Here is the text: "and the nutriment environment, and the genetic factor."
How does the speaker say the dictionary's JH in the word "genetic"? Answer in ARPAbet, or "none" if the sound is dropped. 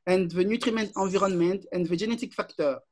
ZH